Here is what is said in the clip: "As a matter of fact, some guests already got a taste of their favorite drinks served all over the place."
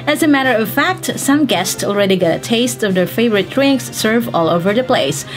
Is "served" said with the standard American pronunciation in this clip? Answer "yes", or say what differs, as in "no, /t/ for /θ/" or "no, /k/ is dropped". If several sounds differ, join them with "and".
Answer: no, /d/ is dropped